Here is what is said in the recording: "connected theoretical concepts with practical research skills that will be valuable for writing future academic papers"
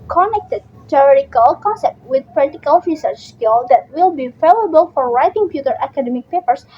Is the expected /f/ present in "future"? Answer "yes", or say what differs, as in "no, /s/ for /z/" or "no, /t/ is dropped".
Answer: no, /p/ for /f/